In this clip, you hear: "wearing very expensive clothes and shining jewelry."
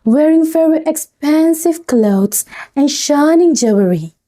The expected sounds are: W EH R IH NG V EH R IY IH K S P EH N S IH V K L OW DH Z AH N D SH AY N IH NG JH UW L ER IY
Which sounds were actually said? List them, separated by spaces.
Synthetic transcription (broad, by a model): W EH R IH NG F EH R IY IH K S P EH N S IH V K L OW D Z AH N SH AY N IH NG JH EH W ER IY